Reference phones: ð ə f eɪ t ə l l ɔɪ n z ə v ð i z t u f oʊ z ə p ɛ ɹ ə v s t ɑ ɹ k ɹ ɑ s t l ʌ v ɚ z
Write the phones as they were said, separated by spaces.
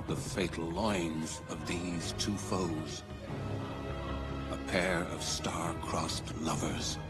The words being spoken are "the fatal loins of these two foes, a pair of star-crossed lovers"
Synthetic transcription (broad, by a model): ð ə f eɪ t l l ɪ n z ə v ð i z t u f oʊ z ə p ɛ ɹ ə v s t ɑ ɹ k ɹ ɑ s t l ʌ v ɚ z